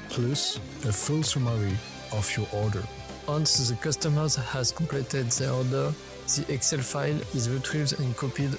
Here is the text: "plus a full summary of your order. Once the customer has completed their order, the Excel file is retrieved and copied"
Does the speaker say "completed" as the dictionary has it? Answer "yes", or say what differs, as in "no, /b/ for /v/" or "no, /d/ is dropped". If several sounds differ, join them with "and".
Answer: no, /m/ is dropped